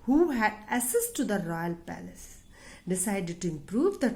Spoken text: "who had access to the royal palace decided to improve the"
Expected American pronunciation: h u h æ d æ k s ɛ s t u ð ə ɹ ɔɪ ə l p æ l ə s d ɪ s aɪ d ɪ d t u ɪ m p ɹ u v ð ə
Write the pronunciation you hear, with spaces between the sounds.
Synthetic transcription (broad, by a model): h u h æ d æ s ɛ s t u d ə ɹ ɔɪ ə l p æ l ə s d ɪ s aɪ d ɪ d t u ɪ m p ɹ u v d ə